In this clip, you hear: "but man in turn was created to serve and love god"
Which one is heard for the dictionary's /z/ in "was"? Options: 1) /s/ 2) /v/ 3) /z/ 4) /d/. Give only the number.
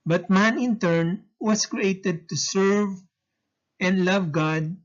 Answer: 1